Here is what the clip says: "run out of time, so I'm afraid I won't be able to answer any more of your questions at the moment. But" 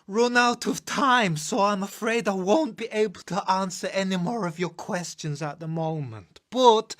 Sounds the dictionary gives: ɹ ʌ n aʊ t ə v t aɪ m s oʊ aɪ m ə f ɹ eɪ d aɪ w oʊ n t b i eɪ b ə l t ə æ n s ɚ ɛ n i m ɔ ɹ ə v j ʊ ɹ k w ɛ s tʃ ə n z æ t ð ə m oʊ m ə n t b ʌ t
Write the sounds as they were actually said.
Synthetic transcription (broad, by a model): ɹ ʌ n aʊ t ə v t aɪ m s oʊ aɪ m ə f ɹ eɪ d aɪ w oʊ n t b i eɪ b ə l t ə æ n s ɚ ɛ n i m ɔ ɹ ə v j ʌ ɹ k w ɛ s tʃ ə n z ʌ t ð ə m oʊ m ə n t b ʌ t